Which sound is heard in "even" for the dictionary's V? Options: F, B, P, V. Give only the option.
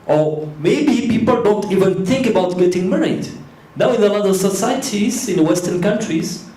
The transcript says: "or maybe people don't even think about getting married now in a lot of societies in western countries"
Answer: V